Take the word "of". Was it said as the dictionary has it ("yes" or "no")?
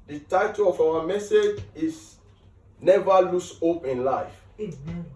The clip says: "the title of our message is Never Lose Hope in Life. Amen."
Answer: no